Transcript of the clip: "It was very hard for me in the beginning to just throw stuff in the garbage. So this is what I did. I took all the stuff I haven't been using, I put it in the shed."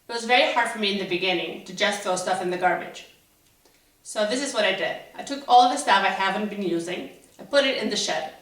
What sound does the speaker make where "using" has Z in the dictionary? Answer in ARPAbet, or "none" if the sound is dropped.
Z